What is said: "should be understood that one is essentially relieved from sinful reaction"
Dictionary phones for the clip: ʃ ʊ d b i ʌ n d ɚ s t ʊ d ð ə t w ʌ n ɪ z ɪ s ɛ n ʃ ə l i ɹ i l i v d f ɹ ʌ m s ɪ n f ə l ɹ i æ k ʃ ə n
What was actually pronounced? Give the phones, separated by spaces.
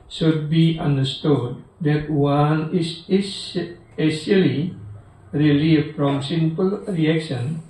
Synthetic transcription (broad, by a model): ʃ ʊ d b i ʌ n d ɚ s t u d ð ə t w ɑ n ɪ s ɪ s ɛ ʃ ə l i ɹ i l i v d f ɹ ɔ m s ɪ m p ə l ɹ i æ k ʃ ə n